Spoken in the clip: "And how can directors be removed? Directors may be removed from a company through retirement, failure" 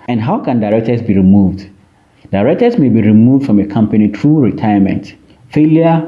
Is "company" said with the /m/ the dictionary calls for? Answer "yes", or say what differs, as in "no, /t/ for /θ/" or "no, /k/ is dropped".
yes